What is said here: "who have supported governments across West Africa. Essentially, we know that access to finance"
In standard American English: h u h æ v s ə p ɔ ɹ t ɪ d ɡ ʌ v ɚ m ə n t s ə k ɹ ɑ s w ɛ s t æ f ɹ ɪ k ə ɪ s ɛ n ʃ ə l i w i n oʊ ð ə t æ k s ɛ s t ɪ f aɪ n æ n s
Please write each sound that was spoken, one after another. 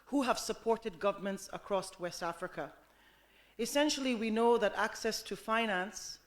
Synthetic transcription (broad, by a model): h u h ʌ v s ə p ɔ ɹ t ɪ d ɡ ʌ v ɚ m ə n t s ə k ɹ ɑ s w ɛ s t æ f ɹ ɪ k ə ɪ s ɛ n ʃ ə l i w i n oʊ ð ə t æ k s ɛ s t ɪ f aɪ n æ n s